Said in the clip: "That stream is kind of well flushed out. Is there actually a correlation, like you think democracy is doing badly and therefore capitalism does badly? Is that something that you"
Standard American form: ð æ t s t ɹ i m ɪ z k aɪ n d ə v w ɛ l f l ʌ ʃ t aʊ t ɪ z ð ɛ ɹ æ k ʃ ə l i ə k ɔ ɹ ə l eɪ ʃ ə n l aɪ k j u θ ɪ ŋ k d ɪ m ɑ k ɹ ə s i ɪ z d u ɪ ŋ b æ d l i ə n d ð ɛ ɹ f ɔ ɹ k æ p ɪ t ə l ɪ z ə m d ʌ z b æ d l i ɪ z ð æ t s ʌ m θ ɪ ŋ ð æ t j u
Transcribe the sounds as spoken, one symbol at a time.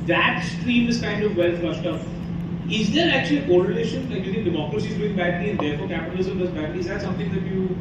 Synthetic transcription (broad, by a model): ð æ t s t ɹ i m ɪ z k aɪ n d ə v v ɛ l f l ʌ ʃ t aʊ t ɪ z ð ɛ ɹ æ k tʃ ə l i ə k ɔ ɹ ə l eɪ ʃ ə n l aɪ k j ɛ t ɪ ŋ d ɪ m ɑ k ɹ ə s i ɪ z d u ɪ ŋ b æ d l i ə n d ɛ ɹ f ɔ ɹ k æ p ɪ t ə l ɪ z ə m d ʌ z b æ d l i ɪ z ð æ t s ʌ m t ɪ ŋ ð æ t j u